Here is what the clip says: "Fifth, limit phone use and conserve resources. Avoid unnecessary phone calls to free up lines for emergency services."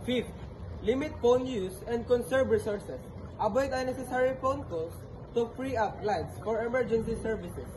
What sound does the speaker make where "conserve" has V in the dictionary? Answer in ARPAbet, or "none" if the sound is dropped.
B